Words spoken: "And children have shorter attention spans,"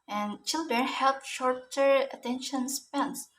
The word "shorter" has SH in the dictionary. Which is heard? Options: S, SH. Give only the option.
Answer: SH